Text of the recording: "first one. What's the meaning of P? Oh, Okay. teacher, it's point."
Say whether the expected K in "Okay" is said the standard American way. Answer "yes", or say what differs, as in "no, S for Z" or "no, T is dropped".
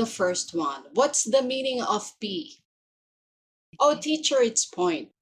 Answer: no, K is dropped